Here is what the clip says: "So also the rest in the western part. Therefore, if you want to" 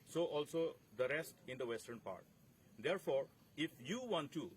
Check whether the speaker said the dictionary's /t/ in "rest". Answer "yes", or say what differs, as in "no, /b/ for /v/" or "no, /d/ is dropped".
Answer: yes